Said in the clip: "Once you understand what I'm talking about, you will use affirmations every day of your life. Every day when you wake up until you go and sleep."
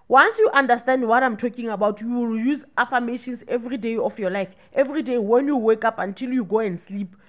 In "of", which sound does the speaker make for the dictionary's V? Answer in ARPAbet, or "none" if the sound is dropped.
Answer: F